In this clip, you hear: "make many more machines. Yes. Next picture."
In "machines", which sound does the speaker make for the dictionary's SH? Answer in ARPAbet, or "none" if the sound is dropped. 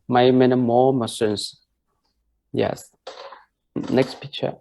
S